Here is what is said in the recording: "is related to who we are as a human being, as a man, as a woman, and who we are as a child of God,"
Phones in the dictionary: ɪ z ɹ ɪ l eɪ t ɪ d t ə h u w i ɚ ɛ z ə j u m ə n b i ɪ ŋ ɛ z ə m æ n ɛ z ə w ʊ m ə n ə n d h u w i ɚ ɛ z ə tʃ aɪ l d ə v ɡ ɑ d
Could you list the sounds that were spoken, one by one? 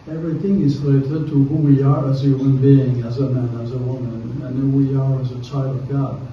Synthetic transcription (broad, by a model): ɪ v ɹ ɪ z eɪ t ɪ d t ə h u w i ɚ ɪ z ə j u m ə n b i ɪ ŋ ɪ z ə m æ n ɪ z ə w ʊ m ə n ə n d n w i ɚ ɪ z ə tʃ aɪ l d ə v ɡ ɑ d